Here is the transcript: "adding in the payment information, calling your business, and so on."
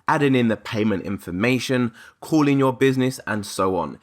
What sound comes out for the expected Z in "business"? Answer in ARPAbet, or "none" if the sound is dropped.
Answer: Z